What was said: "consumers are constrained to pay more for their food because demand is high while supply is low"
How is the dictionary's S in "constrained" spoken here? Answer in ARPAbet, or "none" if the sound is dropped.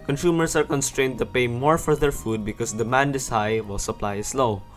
S